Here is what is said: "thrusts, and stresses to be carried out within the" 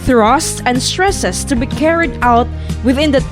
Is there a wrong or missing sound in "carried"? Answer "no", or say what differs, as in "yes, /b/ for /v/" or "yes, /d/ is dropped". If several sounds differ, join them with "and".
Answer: no